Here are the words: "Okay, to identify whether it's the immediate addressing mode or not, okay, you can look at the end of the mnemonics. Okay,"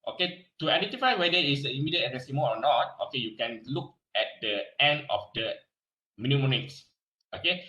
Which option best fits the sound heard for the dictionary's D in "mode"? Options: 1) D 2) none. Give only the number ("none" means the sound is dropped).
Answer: 2